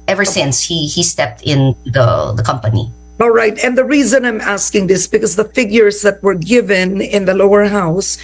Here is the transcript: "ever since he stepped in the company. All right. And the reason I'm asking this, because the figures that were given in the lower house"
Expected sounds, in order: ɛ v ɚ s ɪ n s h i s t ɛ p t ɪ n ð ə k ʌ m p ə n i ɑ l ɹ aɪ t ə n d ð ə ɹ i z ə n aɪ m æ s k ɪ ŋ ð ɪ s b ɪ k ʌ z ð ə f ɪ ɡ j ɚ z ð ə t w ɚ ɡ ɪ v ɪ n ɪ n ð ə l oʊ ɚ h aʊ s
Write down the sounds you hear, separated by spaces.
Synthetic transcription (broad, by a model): ɛ v ɚ s ɪ n s h i s t ɛ p t ɪ n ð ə k ʌ m p ə n i ɑ l ɹ aɪ t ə n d ð ə ɹ i z ə n aɪ m æ s k ɪ ŋ ð ɪ s b ɪ k ʌ z ð ə f ɪ ɡ j ɚ z ð ə t w ɚ ɡ ɪ v ɪ n ɪ n ð ə l oʊ ɚ h aʊ s